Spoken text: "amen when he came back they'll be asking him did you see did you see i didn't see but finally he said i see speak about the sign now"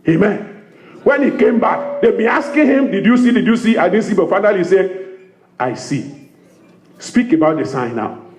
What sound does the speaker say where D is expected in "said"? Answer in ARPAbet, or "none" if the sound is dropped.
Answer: none